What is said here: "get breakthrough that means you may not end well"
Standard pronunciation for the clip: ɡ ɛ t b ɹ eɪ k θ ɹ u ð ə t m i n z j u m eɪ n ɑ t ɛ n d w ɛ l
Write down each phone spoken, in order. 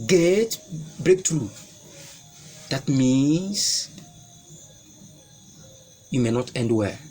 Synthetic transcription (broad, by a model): ɡ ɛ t b ɹ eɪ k t ɹ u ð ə t m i n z j u m eɪ n ɑ t ɛ n d w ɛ